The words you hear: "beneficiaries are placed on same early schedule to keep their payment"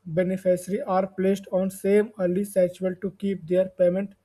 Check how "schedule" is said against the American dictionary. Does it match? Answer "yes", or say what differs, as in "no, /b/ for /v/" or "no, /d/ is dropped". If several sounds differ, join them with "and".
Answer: no, /k/ is dropped and /tʃ/ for /dʒ/